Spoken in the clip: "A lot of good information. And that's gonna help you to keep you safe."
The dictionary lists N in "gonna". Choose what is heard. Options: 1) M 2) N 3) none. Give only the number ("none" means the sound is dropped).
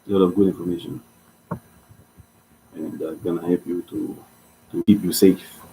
2